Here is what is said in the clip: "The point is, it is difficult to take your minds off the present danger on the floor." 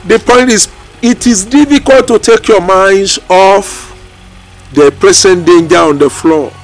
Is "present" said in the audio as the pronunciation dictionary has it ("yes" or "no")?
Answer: no